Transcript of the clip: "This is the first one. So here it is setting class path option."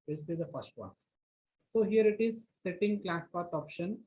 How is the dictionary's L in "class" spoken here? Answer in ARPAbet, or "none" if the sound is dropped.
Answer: L